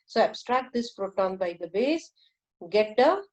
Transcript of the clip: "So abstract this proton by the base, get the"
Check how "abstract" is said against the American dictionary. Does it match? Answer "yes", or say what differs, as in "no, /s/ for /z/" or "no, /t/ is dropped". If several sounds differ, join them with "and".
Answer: yes